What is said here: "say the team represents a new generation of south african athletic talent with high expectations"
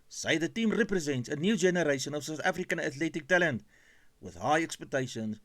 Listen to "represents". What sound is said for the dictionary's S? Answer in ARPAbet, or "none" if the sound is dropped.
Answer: S